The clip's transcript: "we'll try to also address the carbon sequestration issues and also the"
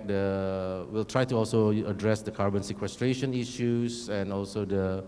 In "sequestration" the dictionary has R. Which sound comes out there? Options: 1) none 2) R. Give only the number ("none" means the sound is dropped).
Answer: 2